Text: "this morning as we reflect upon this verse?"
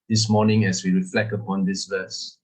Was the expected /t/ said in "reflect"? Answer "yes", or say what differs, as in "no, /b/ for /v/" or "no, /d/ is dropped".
no, /t/ is dropped